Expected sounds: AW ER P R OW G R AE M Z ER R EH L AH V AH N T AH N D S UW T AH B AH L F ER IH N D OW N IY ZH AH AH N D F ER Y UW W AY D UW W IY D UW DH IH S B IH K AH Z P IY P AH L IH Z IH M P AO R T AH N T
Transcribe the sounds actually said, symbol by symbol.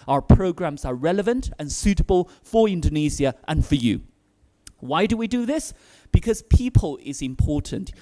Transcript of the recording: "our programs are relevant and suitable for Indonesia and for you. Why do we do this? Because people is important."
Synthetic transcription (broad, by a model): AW ER P R OW G R AE M Z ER R EH L AH V AH N T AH N S UW T AH B AH L F ER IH N D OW N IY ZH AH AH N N F ER Y UW W AY D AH W IY D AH DH IH S B IH K AH Z P IY P AH L IH Z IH M P AO R T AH N T